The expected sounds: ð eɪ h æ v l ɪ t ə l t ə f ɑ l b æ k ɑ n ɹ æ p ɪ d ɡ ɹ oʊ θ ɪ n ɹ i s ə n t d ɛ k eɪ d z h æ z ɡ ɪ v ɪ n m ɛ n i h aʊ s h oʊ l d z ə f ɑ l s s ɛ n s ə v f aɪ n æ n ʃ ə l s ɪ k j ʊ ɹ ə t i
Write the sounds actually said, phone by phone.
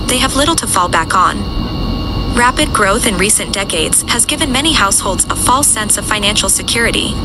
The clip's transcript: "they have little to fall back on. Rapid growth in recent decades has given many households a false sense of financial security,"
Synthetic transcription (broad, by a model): ð eɪ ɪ v l ɪ t l t ə f ɑ l b æ k n ɹ æ p ɪ d ɡ ɹ oʊ θ ɪ n ɹ i s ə n d ɛ k eɪ d z h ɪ z ɡ ɪ v ɪ n m ɛ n i h aʊ s h oʊ l d z ə f ɑ l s s ɛ n s ə v f aɪ n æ n ʃ l s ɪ k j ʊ ɹ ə t i